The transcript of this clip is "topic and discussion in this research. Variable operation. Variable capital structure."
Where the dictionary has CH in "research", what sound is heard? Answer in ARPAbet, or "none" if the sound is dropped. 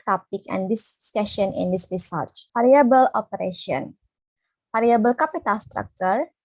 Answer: CH